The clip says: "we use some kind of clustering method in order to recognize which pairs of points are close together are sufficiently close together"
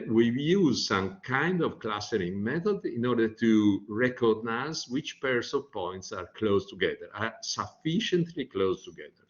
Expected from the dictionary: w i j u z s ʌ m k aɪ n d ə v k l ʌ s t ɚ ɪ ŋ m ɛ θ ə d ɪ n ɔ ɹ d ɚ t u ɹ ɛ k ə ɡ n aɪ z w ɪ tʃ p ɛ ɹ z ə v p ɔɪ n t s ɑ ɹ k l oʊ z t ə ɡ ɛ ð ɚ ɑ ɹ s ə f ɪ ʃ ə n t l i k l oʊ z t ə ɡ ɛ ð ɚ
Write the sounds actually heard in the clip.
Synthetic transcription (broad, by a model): w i j u z s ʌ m k aɪ n d ə v k l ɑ s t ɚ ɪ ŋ m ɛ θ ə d ɪ n ɔ ɹ d ɚ t u ɹ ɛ k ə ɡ n aɪ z w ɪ tʃ p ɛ ɹ s ə v p ɔɪ n t s ɑ ɹ k l oʊ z t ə ɡ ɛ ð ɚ ɑ ɹ s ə f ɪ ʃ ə n t l i k l oʊ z t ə ɡ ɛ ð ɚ